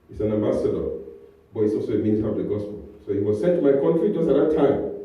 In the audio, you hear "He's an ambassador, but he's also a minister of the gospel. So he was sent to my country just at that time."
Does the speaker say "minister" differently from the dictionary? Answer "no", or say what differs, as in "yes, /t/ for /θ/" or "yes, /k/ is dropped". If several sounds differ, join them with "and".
yes, /s/ is dropped